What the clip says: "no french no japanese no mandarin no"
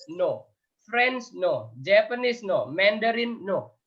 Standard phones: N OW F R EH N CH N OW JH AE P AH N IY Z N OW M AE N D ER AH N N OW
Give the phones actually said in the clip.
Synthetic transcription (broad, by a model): N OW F R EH N S N OW JH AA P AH N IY S N OW M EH N D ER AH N N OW